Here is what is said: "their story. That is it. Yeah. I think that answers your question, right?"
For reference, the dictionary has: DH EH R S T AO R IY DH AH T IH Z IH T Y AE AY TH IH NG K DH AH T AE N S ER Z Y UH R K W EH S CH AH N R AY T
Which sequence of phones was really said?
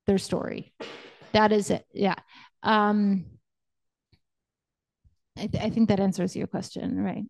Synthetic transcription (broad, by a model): DH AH R S T AO R IY DH AH T IH Z IH T Y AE AY TH IH NG K DH AH T AE N S ER Z Y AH R K W EH S CH AH N R AY T